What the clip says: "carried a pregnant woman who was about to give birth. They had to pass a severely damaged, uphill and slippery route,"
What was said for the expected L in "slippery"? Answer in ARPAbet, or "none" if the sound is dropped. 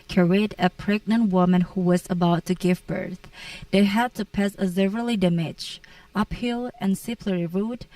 none